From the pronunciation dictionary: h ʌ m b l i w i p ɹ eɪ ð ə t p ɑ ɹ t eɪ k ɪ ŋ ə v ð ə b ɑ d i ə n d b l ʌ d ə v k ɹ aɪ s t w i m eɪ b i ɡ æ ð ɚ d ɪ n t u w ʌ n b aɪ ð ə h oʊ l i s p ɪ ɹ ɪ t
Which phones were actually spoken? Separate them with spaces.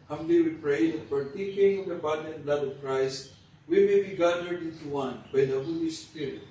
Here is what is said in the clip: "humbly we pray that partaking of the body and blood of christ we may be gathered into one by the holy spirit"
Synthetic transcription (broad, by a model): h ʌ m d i w i p ɹ eɪ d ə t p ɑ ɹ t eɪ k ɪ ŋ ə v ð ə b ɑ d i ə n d l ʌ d ə v k ɹ aɪ s t w i m eɪ b i ɡ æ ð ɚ d ɪ n t u w ʌ n b aɪ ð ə h oʊ l i s p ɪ ɹ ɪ t